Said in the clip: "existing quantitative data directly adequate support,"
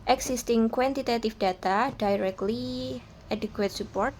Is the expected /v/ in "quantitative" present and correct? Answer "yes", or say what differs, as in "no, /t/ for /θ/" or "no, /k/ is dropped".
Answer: no, /f/ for /v/